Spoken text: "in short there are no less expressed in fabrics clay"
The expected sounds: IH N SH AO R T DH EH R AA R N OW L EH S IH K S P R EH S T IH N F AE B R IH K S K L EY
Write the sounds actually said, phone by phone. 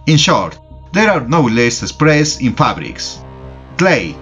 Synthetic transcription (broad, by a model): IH N SH AO R T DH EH R AA R N OW L EH S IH S P R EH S IH N F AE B R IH K S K L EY